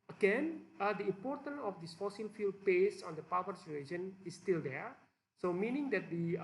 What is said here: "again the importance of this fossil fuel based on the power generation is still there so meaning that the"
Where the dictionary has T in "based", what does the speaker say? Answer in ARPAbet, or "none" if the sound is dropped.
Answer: none